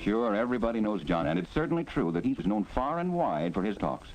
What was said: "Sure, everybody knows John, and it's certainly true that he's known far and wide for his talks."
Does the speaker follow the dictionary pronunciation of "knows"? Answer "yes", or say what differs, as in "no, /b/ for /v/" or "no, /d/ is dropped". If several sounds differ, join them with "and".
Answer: yes